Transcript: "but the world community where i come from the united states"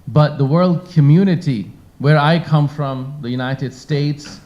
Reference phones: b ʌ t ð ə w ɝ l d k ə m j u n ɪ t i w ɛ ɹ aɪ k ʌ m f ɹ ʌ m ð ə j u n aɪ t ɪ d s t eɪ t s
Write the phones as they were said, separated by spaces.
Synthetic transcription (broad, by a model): b ʌ t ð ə w ɝ l d k ə m j u n ɪ t i w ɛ ɹ aɪ k ʌ m f ɹ ʌ m ð ə j u n aɪ t ɪ d s t eɪ t s